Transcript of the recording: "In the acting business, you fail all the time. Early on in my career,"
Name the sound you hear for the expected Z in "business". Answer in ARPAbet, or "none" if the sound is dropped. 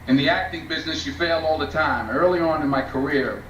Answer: Z